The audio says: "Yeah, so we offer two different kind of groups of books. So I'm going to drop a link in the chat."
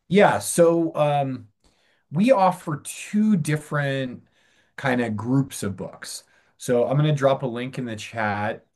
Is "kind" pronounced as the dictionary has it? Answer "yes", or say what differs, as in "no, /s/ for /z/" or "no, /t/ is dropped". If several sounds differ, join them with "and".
yes